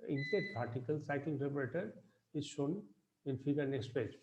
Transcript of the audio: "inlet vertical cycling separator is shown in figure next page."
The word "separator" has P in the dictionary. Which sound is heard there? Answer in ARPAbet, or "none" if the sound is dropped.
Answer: B